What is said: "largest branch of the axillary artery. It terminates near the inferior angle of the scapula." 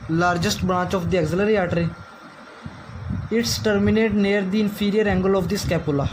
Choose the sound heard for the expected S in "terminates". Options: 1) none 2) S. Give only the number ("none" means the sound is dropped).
1